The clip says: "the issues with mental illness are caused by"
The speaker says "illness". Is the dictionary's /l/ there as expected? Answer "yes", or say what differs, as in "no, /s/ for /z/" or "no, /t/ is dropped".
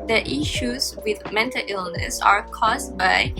yes